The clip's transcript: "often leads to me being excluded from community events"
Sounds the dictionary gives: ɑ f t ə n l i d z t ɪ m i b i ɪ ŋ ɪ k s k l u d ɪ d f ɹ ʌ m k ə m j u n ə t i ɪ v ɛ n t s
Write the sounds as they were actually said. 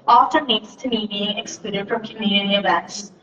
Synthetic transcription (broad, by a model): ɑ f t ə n n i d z t ɪ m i b i ɪ ŋ ɪ k s k l u d ɪ d f ɹ ʌ m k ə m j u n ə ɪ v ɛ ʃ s